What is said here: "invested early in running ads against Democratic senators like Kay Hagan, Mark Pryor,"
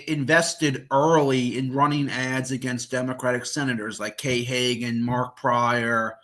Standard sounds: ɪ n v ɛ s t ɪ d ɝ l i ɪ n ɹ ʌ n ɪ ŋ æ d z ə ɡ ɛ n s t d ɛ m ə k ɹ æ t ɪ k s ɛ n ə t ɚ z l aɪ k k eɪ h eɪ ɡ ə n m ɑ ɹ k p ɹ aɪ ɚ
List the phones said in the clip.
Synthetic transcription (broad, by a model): ɪ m v ɛ s t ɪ d ɝ l i ɪ n ɹ ʌ n ɪ ŋ æ d z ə ɡ ɛ n s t d ɛ m ə k ɹ æ t ɪ k s ɛ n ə t ɚ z l aɪ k k eɪ h eɪ ɡ ə n m ɑ ɹ k p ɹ aɪ ɚ